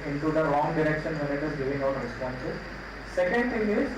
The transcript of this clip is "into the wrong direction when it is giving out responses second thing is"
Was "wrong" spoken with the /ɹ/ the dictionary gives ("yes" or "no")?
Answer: no